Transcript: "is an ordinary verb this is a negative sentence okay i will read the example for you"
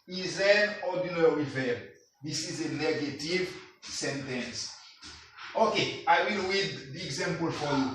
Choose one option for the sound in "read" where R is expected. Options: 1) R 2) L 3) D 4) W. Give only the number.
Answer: 4